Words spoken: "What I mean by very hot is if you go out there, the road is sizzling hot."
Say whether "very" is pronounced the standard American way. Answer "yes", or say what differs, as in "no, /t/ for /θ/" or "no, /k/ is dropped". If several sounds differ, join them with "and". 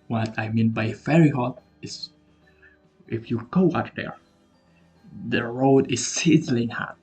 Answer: no, /f/ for /v/